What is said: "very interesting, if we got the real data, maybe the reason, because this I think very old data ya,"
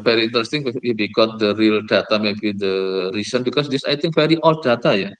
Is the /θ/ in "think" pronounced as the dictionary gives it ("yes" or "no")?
no